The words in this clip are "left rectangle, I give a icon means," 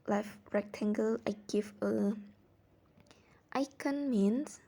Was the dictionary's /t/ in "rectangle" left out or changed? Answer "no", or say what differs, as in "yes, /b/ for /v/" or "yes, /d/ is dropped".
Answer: no